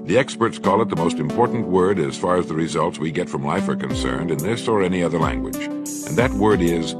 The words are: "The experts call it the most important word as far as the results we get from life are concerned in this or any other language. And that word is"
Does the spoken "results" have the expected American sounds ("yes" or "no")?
yes